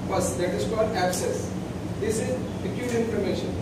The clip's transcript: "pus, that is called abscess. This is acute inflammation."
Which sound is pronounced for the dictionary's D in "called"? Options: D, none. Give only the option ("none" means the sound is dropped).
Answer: D